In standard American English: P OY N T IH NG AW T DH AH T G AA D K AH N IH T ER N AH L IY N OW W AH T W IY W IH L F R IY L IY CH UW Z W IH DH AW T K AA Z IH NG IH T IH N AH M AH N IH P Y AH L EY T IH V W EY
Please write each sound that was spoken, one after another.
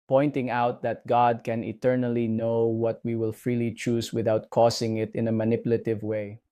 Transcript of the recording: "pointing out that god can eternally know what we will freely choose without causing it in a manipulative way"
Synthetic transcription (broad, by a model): P OY N T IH NG AW T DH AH T G AA D K AH N IH T ER N AH L IY N OW W AH T W IY W IH L F R IY L IY CH UW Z W IH DH AW T K AA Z IH NG IH T IH N AH M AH N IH P Y L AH T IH V W EY